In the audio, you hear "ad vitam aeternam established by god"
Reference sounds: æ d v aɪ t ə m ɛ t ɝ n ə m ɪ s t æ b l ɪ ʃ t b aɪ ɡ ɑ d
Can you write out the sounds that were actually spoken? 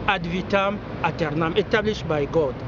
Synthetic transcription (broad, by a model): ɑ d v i t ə m ɛ t ɝ n ə m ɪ t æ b l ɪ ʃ b aɪ ɡ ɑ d